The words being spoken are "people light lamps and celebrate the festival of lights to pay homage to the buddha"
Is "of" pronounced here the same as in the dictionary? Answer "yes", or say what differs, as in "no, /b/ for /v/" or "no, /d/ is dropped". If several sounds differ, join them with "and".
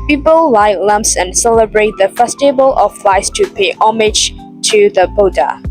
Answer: no, /f/ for /v/